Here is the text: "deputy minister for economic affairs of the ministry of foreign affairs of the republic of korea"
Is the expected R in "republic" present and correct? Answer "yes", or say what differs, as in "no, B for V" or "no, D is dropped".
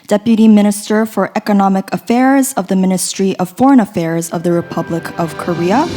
yes